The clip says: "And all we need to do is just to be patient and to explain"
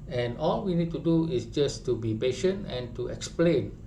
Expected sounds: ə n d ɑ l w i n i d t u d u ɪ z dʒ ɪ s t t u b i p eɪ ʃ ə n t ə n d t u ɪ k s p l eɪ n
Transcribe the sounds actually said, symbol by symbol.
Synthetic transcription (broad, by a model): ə n ɑ l w i n i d t u d u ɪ s dʒ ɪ s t t u b i p eɪ ʃ ə n t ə n t u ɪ k s p l eɪ n